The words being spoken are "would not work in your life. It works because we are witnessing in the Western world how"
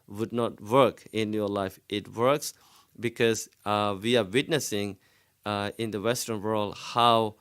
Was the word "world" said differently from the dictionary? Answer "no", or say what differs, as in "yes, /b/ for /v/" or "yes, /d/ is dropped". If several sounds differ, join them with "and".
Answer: no